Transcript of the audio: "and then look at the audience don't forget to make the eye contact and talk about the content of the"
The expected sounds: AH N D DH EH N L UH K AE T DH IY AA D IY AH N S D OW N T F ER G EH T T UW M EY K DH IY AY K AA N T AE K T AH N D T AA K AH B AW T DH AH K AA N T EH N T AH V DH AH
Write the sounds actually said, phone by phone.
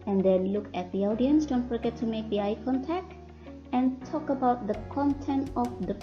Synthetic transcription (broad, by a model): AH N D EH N L UH K AE T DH IY AA D IY AH N S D OW N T F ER G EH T T UW M EY K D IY AY K AA N T AE K T AH N D T AA K AH B AW T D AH K AA N T EH N T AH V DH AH